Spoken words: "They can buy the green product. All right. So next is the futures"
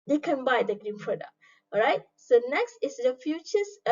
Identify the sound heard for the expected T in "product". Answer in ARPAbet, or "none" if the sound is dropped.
none